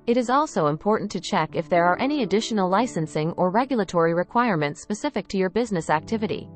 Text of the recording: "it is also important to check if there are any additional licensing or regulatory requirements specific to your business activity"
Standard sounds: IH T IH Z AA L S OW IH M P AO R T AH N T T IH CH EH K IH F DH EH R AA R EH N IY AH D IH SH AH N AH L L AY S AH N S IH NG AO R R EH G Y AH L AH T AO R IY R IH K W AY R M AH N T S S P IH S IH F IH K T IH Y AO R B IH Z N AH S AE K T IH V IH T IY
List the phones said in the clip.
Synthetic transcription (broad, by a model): IH T IH Z AA L S OW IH M P AO R T N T T IH CH EH K IH F DH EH R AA R EH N IY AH D IH SH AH N L L AY S AH N S IH NG AO R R EH G Y L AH T AO R IY R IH K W AY R M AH N T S S P IH S IH F IH K T IH Y AO R B IH Z N AH S AE K T IH V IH T IY